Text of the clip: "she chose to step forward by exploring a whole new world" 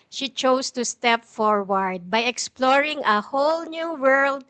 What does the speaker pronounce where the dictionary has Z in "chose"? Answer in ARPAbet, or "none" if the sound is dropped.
S